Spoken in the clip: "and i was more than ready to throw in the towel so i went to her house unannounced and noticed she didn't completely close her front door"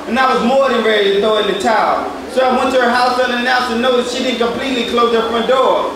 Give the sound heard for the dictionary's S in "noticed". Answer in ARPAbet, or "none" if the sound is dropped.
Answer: none